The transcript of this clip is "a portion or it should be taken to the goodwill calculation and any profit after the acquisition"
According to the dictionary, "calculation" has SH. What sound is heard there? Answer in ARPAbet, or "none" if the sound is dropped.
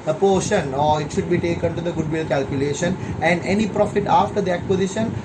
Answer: SH